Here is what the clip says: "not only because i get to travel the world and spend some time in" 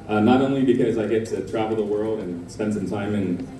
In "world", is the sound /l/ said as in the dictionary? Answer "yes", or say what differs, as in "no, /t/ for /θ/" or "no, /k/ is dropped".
yes